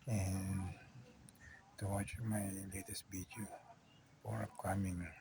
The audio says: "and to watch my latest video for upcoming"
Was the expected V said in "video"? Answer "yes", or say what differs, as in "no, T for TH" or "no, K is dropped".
no, B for V